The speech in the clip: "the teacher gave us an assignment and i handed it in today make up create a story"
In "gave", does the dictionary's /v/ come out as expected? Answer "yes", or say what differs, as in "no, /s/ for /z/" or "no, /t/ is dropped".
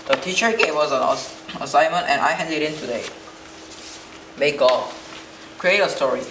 no, /w/ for /v/